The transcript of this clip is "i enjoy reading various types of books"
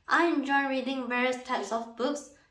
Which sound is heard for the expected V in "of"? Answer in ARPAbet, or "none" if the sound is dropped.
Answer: F